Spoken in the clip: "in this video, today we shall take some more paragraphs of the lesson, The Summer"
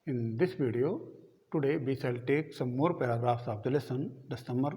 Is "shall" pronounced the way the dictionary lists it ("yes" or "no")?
no